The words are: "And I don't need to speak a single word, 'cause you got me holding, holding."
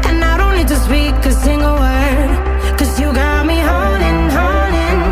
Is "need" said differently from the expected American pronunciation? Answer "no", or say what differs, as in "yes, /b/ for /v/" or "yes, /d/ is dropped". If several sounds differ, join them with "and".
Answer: yes, /l/ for /n/